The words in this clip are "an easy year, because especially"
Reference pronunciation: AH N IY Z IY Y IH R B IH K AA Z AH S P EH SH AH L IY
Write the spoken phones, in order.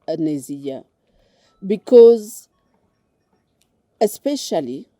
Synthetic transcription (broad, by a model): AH N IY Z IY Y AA B IH K AA Z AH S P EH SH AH L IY